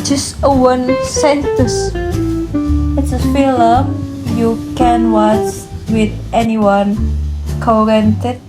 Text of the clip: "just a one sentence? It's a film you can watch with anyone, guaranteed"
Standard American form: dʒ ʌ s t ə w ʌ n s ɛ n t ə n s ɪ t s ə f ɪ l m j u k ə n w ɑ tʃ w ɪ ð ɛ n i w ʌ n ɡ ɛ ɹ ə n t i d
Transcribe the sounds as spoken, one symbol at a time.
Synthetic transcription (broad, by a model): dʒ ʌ s t ə w ʌ n s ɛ n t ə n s ɪ t s ə f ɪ l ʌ j u k ə n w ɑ s w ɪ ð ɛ n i w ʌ n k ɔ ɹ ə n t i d